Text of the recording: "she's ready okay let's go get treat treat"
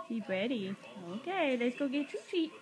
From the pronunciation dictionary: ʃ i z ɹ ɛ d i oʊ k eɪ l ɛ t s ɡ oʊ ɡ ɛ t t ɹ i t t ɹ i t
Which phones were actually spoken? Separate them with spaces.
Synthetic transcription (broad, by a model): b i ɹ ɛ d i oʊ k eɪ l ɛ t s ɡ oʊ ɡ ɛ t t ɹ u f i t